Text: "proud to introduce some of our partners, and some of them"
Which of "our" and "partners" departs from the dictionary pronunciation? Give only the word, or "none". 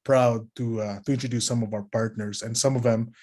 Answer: partners